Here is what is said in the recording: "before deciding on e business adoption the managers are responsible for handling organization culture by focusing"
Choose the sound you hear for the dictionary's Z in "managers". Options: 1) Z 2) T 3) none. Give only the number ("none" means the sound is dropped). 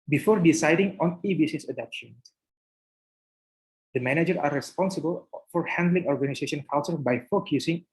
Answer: 3